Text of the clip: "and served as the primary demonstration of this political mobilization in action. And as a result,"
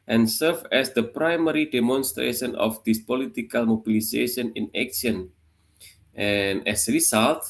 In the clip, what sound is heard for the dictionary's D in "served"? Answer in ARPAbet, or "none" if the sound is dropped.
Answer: none